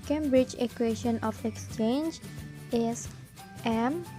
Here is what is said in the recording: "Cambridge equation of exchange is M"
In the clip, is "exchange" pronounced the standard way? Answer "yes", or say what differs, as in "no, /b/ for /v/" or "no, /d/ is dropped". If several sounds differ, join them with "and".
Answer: yes